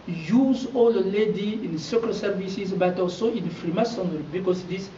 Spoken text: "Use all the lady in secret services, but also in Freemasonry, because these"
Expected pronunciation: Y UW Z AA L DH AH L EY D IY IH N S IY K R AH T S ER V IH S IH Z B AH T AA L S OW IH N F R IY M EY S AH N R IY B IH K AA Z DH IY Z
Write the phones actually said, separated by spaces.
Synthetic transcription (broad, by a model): Y UW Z AA L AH L EY D IY IH N S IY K AH S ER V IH S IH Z B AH T AA L S OW IH N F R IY M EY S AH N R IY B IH K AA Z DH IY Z